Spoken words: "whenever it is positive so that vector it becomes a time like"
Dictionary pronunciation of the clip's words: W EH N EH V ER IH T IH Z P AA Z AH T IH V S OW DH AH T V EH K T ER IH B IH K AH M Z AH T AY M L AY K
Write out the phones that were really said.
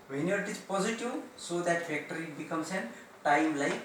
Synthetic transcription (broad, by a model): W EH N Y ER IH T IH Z P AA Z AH T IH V S OW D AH T F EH K T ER IH B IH K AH M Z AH T AY M L AY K